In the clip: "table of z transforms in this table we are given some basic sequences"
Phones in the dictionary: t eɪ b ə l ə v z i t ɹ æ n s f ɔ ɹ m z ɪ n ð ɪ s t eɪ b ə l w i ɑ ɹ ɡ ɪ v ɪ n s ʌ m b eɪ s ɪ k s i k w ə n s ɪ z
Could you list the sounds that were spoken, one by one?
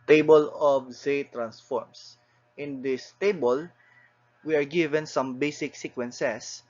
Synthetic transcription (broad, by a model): t eɪ b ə l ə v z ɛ t ɹ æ n s f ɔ ɹ m s ɪ n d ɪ s t eɪ b ə l w i ɑ ɹ ɡ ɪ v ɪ n s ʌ m b eɪ s ɪ k s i k w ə n s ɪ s